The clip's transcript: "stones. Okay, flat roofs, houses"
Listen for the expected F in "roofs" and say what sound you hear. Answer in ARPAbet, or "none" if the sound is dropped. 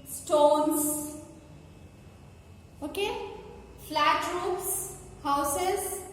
P